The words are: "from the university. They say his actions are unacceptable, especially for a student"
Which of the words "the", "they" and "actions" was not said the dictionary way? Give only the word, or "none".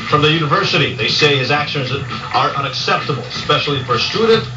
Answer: none